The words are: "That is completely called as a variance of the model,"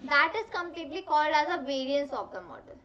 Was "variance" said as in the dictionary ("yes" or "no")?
yes